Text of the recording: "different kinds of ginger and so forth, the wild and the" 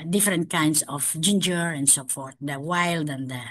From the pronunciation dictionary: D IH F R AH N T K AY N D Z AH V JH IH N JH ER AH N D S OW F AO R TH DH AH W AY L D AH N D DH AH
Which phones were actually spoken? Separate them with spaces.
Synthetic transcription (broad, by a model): D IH F R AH N T K AY N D S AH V JH IH N JH ER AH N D S OW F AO R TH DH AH W AY L D AH N D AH